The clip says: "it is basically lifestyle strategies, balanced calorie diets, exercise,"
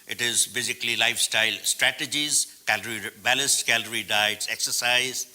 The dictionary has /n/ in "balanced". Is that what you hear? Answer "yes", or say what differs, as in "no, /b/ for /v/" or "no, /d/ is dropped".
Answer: no, /l/ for /n/